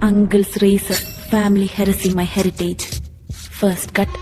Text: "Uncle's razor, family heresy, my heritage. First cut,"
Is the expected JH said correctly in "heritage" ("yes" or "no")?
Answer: yes